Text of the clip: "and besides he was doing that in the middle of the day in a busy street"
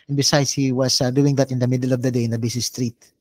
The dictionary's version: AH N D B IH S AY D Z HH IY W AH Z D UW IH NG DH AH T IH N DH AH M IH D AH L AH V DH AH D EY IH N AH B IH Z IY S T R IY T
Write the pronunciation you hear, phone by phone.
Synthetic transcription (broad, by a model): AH N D B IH S AY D S HH IY W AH S D UW IH NG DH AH T IH N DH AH M IH D AH L AH V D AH D EY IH N AH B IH S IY S T R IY T